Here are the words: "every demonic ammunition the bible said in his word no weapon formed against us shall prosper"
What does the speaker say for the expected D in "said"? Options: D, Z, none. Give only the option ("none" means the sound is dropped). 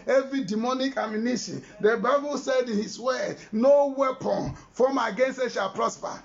D